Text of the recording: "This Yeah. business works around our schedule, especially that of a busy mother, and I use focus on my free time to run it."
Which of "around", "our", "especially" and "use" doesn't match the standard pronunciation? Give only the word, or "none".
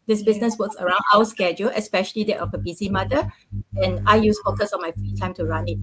our